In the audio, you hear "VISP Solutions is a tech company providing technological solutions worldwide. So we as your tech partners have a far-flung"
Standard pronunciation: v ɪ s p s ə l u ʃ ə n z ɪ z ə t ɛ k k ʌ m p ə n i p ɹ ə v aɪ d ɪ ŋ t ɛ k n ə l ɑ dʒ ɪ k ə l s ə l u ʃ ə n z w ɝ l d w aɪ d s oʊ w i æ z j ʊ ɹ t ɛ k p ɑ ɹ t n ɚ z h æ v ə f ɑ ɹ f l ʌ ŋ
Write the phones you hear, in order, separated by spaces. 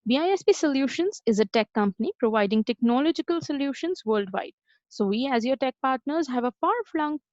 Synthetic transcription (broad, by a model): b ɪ s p s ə l u ʃ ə n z ɪ z ə t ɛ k k ʌ m p ə n i p ɹ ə v aɪ d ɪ ŋ t ɛ k n ə l ɑ dʒ ɪ k ə l s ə l u ʃ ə n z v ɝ l d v aɪ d s oʊ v i æ z j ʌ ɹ t ɛ k p ɑ ɹ t n ɚ z h æ v ə f ɑ ɹ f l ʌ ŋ